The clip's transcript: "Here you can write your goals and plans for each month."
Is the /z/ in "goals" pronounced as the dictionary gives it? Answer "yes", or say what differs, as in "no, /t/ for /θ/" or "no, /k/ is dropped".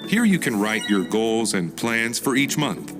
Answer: yes